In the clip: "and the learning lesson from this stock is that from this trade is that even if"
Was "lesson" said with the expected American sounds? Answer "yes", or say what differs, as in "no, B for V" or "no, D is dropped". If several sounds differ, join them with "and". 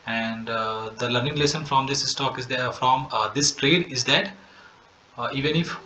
yes